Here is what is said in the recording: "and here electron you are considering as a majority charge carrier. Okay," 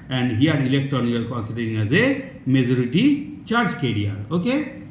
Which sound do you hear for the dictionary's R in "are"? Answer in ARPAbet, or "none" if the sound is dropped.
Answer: L